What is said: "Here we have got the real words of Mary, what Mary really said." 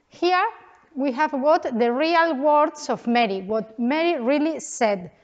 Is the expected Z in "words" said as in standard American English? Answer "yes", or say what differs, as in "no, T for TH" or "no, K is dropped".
no, S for Z